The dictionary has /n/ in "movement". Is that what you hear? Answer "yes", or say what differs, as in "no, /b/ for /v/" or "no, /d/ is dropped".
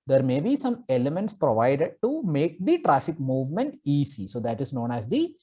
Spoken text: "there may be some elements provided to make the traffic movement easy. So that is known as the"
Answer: yes